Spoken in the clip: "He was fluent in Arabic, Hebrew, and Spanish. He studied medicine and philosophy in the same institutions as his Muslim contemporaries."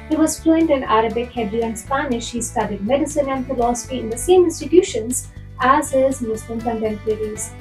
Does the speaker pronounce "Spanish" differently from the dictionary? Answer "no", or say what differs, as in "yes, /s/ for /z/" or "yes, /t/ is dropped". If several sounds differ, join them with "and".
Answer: no